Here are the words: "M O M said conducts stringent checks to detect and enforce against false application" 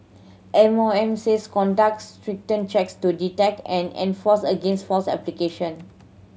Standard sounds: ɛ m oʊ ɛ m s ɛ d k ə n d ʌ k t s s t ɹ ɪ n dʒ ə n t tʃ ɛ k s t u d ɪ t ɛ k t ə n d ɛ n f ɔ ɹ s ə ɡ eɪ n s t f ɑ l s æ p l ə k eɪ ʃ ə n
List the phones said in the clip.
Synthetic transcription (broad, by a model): ɛ m oʊ ɛ m s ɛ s k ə n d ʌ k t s s t ɹ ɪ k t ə n tʃ ɛ k s t u d ɪ t ɛ k t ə n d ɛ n f ɔ s ə ɡ eɪ n s t f ɑ s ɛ p l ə k eɪ ʃ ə n